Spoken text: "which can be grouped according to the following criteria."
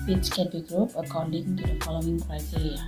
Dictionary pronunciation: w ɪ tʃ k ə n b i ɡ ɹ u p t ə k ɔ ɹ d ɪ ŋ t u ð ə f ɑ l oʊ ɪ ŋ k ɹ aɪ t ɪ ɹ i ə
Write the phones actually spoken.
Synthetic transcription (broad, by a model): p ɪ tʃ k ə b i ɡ ɹ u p ə k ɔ w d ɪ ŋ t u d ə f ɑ l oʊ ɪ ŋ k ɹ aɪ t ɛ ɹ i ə